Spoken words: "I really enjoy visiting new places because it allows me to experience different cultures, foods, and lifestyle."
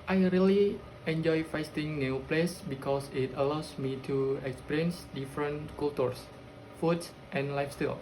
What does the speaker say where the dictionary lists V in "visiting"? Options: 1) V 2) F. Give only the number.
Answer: 2